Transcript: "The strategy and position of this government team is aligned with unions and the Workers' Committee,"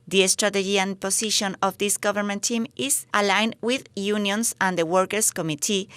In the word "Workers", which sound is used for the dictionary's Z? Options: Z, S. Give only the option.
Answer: S